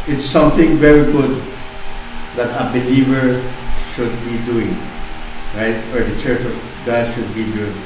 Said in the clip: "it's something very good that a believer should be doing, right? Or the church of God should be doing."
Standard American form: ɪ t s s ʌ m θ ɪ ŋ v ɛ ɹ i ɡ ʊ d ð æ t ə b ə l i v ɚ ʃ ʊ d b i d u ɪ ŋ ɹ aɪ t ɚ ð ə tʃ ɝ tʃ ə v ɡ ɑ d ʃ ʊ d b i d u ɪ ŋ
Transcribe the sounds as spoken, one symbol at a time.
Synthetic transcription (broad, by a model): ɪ t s s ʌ m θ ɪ ŋ v ɛ ɹ i ɡ ʊ d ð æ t ə b ə l i v ɚ ʃ ʊ d b i d u ɪ ŋ ɹ aɪ t ɚ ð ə tʃ ɝ tʃ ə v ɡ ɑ ʃ ʊ d b i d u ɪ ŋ